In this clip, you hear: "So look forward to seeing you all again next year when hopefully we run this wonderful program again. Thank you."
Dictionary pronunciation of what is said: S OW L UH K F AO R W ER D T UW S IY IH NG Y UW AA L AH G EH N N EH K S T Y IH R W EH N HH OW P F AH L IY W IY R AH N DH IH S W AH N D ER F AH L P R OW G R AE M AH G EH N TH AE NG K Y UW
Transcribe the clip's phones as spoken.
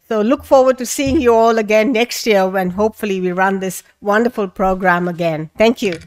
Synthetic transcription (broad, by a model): S OW L UH K F AO R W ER D T UW S IY IH NG Y UW AA L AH G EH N N EH K S T Y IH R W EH N HH OW P F AH L IY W IY R AH N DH IH S W AH N D ER F AH L P R OW G R AE M AH G EH N T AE NG K Y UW